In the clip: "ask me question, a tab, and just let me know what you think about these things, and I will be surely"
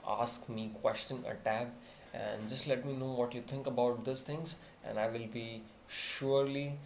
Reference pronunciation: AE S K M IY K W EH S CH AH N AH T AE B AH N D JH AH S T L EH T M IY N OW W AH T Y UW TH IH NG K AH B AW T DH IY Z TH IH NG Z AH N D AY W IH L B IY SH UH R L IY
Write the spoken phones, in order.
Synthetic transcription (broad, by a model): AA S K M IY K W EH S CH AH N AH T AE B AH N D JH AH S T L EH T M IY N OW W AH T Y UW T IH NG K AH B AW T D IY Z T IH NG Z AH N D AY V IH L B IY SH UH R L IY